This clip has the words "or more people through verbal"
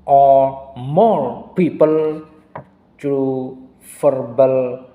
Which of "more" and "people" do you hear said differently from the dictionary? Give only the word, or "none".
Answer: more